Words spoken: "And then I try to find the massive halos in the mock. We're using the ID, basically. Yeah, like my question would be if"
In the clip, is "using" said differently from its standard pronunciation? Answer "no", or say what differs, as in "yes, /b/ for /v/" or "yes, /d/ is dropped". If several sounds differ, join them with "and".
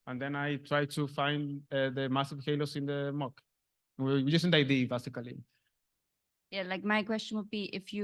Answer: yes, /s/ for /z/